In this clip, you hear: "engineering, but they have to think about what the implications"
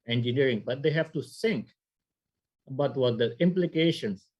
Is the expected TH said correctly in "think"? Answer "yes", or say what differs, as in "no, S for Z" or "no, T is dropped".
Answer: no, S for TH